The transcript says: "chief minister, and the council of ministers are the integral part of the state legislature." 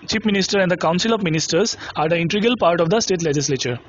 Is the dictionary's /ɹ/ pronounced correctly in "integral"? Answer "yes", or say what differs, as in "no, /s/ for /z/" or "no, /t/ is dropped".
no, /ɹ/ is dropped